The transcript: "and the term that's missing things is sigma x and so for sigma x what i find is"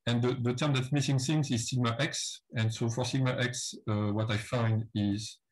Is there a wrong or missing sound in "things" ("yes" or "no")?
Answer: yes